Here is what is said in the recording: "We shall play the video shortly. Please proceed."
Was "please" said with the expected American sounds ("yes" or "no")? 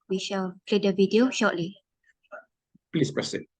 no